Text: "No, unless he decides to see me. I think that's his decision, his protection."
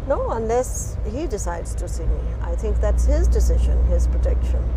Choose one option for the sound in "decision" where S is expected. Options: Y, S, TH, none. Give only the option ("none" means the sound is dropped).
S